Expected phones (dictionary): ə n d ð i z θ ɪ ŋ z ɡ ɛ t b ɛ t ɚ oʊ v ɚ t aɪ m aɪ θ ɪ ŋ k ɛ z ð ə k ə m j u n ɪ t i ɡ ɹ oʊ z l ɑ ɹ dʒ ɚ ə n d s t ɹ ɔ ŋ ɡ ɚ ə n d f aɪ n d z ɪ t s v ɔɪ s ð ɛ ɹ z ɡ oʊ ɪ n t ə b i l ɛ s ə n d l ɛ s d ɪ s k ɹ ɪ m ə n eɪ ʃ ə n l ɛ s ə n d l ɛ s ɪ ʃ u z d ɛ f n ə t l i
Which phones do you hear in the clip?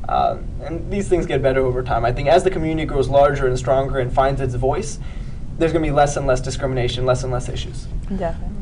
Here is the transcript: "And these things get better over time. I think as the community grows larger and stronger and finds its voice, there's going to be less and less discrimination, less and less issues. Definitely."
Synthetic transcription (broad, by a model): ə n ð i z θ ɪ ŋ z ɡ ɛ t b ɛ t ɚ oʊ v ɚ t aɪ m aɪ θ ɪ ŋ k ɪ z ð ə k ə m j u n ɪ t i ɡ ɹ oʊ z l ɑ ɹ dʒ ɚ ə n s t ɹ ɔ ŋ ɡ ɚ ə n f aɪ n d z ɪ t s v ɔɪ s ð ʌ ɹ z ɡ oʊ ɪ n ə b i l ɛ s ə n l ɛ s d ɪ s k ɹ ɪ m ə n eɪ ʃ ə n l ɛ s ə n l ɛ s ɪ ʃ u z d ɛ